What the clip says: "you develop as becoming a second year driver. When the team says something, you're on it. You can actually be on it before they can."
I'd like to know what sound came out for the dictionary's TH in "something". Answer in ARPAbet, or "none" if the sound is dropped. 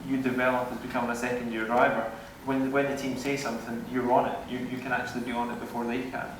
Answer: TH